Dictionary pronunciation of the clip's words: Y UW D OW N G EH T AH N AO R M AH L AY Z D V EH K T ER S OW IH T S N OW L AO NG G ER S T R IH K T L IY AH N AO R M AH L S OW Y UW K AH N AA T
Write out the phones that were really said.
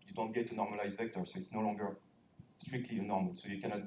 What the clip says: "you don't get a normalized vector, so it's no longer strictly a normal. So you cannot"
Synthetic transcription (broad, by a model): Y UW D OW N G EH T AH N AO R M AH L AY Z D V EH K T ER S OW IH T S N OW L AO NG G ER S T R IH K T L IY AH N AO R M AH L S OW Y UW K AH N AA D